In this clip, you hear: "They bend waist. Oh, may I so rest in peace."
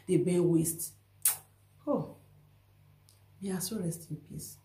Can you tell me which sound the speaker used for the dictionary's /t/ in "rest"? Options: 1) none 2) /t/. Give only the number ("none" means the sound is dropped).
2